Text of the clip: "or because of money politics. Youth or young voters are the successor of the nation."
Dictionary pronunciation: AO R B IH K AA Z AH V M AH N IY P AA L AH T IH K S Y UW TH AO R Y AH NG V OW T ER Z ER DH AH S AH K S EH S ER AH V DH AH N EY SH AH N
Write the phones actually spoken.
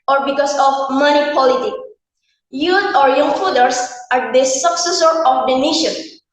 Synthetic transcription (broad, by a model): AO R B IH K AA S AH F M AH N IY P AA L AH T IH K Y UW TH AO R Y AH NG F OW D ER S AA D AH S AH K S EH S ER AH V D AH N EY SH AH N